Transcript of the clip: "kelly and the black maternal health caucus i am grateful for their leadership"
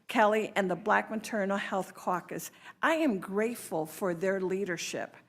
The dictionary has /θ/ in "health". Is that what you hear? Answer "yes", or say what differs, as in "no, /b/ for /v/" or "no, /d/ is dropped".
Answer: yes